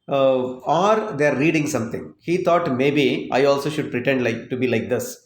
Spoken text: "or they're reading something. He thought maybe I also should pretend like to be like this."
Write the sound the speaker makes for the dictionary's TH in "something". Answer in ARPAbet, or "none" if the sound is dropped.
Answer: T